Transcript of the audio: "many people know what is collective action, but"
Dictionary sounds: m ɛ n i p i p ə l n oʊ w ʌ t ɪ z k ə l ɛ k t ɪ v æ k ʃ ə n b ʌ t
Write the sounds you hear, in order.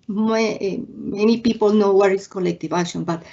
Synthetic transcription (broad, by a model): m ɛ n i p i p ə l n oʊ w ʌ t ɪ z k ə l ɛ k t ɪ v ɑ ʃ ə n b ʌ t